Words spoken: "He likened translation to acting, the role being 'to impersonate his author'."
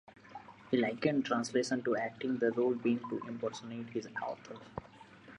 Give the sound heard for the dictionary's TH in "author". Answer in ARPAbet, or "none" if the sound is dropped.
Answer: T